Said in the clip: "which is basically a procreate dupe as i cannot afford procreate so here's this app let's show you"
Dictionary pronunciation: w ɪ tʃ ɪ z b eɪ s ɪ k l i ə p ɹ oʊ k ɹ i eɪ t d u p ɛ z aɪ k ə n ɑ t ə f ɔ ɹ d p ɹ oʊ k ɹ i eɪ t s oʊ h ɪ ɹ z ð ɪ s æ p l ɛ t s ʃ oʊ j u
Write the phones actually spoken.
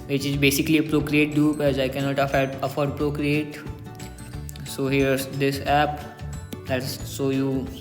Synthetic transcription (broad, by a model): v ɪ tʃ ɪ z b eɪ s ɪ k l i ə p ɹ oʊ k ɹ i eɪ t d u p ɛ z aɪ k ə n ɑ t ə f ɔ ɹ d p ɹ oʊ k ɹ i eɪ t s oʊ h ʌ ɹ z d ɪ s æ p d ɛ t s s oʊ j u